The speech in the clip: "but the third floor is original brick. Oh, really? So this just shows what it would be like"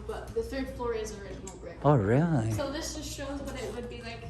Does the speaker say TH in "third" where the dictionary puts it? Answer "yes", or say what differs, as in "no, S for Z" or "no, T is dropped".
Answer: yes